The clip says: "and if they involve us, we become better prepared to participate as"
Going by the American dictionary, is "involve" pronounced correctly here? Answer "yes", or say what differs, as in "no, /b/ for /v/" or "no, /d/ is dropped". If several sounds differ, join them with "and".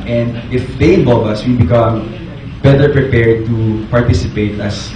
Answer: no, /l/ is dropped